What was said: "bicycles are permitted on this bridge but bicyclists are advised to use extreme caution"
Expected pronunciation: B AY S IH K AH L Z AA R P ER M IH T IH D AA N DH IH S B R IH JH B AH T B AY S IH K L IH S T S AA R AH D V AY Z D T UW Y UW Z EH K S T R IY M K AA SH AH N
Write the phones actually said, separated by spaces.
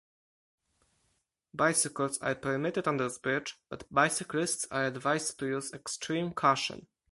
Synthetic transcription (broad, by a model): B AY S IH K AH L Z AA R P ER M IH T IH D AA N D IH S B IH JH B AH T B AY S IH K L IH S T S AA R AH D V AY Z T UW Y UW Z EH K S T R IY M K AA SH AH N